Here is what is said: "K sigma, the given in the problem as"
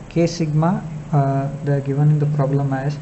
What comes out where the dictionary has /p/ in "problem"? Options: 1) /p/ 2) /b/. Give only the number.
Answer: 1